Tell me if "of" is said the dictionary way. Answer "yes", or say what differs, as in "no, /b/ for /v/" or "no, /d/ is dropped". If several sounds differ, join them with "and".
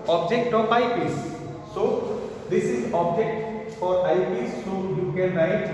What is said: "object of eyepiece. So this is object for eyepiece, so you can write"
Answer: no, /p/ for /v/